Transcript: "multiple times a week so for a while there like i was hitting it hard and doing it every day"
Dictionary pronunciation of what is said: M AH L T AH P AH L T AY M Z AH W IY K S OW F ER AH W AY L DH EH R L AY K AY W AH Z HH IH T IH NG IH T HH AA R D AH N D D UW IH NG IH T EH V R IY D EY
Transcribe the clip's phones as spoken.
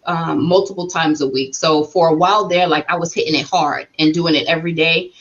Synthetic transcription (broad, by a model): M AH L T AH P L T AY M Z AH W IY K S OW F ER AH W AY L DH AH R L AY K AY W AH Z HH IH T IH NG IH T HH AA R D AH N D D UW IH NG IH T EH V R IY D EY